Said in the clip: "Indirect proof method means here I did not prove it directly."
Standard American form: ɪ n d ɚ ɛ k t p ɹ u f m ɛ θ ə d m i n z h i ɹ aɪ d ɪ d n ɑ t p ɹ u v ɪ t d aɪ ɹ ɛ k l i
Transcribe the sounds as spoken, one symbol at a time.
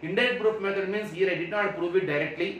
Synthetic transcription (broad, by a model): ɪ n d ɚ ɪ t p ɹ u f m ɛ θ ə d m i n s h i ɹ aɪ d ɪ d n ɑ t p ɹ u v ɪ t d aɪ ɹ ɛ k l i